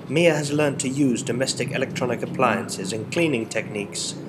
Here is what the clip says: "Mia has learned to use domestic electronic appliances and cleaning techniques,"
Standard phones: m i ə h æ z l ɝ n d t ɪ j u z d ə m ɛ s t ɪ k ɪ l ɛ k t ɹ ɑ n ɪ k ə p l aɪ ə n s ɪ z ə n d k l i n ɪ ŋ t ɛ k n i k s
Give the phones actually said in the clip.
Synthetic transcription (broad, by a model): m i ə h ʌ z l ɝ n t ɪ j u z d ə m ɛ s t ɪ k ɪ l ɛ k t ɹ ɑ n ɪ k ə p l aɪ ə n s ɪ z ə n k l i n ɪ ŋ t ɛ k n i k s